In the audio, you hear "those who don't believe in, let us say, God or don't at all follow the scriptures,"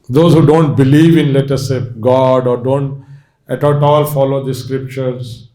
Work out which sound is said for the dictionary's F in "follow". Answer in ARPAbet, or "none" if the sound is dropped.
F